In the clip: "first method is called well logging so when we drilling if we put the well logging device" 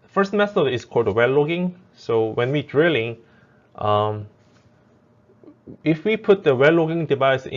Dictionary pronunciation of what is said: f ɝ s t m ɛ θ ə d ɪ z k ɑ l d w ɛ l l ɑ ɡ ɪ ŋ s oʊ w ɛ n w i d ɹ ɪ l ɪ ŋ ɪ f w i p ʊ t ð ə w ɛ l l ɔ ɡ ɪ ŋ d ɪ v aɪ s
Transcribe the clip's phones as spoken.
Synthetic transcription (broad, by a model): f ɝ s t m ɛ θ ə ɪ s k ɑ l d w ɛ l l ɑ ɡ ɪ ŋ s oʊ w ɛ n w i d ɹ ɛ l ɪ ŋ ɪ f w i p ʊ t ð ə w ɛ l l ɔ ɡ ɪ ŋ d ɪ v aɪ s